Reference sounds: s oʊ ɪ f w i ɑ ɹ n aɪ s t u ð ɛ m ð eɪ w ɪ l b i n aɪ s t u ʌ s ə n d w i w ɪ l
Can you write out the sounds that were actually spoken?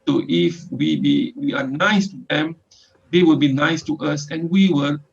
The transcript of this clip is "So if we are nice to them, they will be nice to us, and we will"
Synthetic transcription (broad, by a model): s oʊ ɪ f w i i w n aɪ s t u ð ɛ m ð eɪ w ɪ l b i n aɪ s t u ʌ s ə n w i w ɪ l